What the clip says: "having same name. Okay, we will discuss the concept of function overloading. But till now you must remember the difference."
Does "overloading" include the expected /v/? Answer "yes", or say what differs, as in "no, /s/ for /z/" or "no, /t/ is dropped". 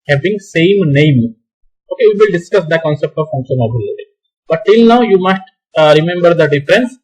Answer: no, /b/ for /v/